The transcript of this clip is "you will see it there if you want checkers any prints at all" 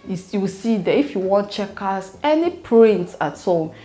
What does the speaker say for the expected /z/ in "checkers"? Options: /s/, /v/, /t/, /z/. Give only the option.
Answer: /s/